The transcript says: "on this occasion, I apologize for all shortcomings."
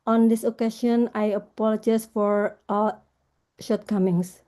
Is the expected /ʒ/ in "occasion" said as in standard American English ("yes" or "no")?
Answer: no